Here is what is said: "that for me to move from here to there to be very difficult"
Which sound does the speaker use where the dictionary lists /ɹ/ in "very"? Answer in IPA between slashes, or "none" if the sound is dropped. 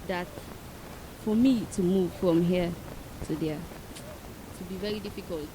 none